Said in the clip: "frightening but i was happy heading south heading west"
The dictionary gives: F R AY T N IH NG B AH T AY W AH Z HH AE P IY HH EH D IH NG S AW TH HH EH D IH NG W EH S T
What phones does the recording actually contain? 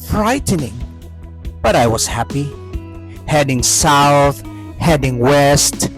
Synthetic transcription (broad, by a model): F R AY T N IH NG B AH T AY W AH Z HH AE P IY HH EH D IH NG S AW TH HH EH D IH NG W EH S T